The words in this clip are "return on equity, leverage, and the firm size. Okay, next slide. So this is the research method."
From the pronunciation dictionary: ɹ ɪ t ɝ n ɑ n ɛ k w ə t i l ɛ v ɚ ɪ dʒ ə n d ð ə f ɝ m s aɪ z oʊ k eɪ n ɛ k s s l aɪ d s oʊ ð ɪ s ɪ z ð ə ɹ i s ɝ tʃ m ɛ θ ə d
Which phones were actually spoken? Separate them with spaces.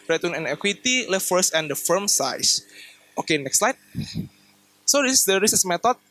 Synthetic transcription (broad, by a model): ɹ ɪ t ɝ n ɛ n ɛ k w ə t i l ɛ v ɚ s ə n d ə f ɝ m s aɪ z oʊ k eɪ n ɛ k s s l aɪ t s oʊ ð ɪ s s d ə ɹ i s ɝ s m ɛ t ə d